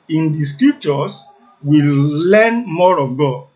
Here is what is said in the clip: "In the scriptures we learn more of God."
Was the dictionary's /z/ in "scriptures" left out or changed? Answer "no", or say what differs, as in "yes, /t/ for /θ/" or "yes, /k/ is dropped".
yes, /s/ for /z/